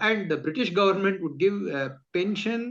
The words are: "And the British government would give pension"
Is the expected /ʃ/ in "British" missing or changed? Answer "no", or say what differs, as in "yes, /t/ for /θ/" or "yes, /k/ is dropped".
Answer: no